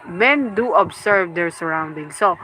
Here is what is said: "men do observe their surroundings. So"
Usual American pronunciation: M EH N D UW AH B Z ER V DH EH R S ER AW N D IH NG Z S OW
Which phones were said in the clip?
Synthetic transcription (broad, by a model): M EH N D UW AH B S ER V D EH R S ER AW N D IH NG S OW